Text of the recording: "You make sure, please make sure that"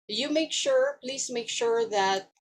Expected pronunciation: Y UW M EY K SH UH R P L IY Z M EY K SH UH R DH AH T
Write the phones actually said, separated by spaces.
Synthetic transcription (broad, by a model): Y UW M EY K SH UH R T L IY S M EY K SH UH R DH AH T